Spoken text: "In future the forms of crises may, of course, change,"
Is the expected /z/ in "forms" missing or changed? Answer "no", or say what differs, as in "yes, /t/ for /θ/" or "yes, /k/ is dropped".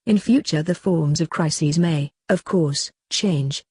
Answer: no